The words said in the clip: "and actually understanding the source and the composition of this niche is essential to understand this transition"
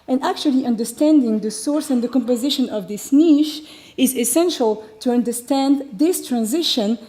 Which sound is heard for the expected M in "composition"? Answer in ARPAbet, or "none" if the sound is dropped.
M